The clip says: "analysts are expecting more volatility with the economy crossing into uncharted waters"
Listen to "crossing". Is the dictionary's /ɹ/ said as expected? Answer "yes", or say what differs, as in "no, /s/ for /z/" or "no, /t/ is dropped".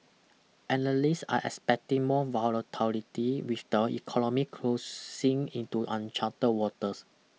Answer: no, /l/ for /ɹ/